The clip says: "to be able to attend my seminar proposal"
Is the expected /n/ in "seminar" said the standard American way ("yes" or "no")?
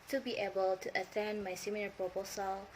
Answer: no